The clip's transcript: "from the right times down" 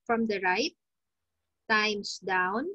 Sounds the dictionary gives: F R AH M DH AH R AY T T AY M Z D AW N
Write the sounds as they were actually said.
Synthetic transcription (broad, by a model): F R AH M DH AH R AY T T AY M S D AW N